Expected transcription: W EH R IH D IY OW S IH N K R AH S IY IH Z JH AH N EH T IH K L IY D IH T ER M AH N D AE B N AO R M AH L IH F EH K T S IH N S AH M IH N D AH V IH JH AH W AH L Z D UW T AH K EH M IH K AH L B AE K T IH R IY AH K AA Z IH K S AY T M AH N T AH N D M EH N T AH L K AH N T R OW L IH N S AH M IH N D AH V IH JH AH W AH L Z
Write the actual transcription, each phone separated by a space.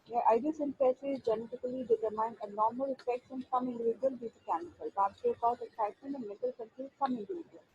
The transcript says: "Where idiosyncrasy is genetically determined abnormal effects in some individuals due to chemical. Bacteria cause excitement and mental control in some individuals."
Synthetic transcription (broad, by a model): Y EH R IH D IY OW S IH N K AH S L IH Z JH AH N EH T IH K L IY D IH T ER M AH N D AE N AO R M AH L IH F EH K T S IH N S AH M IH N D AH V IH JH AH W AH L D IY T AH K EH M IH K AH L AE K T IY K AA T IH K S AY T AH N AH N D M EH T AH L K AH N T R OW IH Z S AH M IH N D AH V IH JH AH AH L